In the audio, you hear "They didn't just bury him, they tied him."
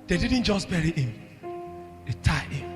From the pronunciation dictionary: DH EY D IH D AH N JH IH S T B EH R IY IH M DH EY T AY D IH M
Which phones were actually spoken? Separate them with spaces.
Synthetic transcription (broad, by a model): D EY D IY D N JH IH S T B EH R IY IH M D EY T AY IH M